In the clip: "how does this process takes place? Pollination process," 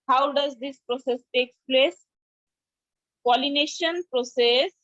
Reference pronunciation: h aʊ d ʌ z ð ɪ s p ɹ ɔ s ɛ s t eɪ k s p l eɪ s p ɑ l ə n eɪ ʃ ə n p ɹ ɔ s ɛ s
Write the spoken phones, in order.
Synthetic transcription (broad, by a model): h aʊ d ʌ z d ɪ s p ɹ ɔ s ɛ s t eɪ k p l eɪ s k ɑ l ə n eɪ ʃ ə n p ɹ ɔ s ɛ s